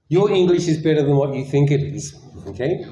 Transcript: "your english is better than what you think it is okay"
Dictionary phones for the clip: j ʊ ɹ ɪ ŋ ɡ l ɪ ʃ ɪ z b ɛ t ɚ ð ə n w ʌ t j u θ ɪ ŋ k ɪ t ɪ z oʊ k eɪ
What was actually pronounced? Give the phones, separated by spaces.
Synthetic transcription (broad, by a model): j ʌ ɹ ɪ ŋ ɡ l ɪ ʃ ɪ z b ɛ t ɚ ð ə n w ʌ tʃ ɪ θ ɪ ŋ k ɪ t ɪ z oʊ k eɪ